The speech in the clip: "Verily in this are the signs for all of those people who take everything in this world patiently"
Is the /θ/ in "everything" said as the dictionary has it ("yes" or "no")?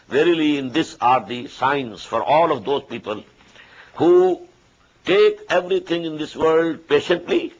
no